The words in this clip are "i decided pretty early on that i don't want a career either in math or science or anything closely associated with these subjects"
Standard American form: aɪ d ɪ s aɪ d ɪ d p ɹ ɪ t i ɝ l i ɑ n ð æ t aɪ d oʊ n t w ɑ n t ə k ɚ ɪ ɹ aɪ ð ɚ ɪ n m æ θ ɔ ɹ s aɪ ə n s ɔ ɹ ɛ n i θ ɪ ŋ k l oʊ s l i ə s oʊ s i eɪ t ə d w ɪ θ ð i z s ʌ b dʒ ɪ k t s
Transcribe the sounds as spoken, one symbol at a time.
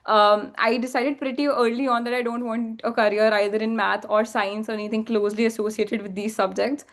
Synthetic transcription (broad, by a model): aɪ d ɪ s aɪ d ɪ d p ɹ ɪ t i ɝ l i ɑ n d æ t aɪ d oʊ n t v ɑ n t ə k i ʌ ɹ aɪ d ɚ ɪ n m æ t ɔ ɹ s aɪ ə n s ɔ ɹ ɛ n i t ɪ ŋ k l oʊ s l i ə s oʊ s i eɪ t ə d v ɪ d i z s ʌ b dʒ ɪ k t s